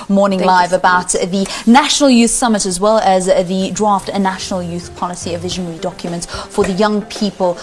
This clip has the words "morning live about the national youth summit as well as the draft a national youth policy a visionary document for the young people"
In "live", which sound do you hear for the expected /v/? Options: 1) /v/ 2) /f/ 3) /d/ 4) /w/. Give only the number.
1